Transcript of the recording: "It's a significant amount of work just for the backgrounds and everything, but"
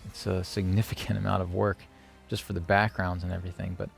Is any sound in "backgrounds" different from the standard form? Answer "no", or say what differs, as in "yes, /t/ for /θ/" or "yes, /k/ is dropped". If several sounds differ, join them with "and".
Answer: no